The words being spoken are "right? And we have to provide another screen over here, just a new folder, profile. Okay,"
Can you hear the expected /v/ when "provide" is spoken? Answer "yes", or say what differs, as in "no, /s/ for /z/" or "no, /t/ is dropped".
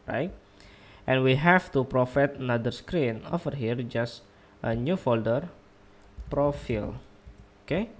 no, /f/ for /v/